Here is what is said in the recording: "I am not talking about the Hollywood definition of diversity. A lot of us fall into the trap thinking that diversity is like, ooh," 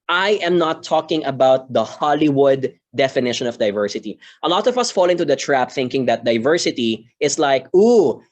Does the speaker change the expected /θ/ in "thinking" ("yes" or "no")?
no